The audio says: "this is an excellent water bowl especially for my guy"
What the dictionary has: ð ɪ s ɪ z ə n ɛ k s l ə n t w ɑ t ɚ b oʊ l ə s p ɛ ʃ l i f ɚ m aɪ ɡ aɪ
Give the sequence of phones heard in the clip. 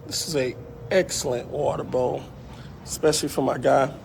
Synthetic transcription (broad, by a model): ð ɪ s ɪ z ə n ɛ k s l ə n t w ɑ t ɚ b oʊ ə s p ɛ ʃ l i f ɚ m aɪ ɡ aɪ